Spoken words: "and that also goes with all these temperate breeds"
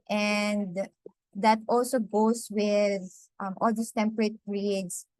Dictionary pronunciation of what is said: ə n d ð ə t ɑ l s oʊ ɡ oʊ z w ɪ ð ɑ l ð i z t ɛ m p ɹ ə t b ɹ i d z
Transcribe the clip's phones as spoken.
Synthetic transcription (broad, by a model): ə n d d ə t ɑ l s oʊ ɡ oʊ s w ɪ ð ɑ l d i s t ɛ m p ɹ ə t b ɹ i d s